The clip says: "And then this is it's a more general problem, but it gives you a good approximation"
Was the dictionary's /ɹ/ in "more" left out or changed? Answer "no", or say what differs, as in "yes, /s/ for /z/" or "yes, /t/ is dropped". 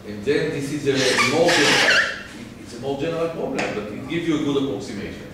yes, /l/ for /ɹ/